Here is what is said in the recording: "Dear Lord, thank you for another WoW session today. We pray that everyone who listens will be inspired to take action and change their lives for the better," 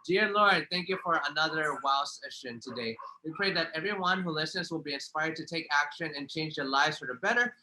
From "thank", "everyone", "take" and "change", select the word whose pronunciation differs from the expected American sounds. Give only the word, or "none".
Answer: none